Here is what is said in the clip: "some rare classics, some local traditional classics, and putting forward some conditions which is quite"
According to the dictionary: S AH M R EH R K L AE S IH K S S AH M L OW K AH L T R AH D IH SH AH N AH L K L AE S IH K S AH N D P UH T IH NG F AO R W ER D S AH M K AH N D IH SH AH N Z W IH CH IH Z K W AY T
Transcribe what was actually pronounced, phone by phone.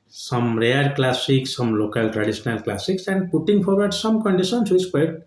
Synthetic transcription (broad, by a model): S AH M R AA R K L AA S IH K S S AH M L OW K AH L T R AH D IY S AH N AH L K L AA S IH K S AH N D P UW T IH NG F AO R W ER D S AH M K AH N D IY S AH N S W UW IH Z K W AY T